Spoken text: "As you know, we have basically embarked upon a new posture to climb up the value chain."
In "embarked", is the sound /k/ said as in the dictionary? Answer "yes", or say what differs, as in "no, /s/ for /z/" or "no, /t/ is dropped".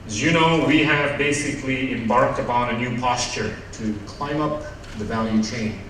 yes